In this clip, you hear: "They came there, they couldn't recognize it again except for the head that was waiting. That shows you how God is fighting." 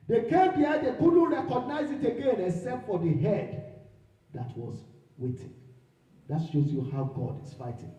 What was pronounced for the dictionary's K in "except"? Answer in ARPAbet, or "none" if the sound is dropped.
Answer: none